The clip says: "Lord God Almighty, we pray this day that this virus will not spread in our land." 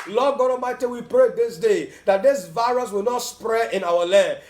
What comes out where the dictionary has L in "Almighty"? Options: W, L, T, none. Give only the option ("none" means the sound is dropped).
none